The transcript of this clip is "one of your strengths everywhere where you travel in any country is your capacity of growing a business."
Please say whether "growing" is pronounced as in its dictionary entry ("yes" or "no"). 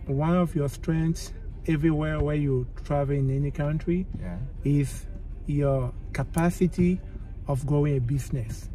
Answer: no